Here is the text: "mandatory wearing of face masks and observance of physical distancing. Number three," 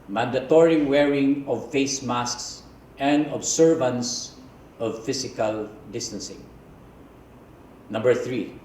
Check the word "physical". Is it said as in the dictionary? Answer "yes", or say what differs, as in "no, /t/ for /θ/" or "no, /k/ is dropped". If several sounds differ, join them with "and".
no, /s/ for /z/